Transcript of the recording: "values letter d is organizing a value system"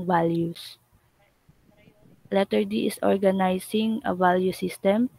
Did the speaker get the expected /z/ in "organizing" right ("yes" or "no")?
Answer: no